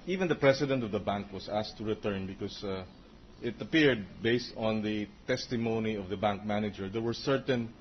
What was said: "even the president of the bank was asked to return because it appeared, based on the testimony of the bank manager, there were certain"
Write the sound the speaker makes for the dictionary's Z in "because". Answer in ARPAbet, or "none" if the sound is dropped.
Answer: S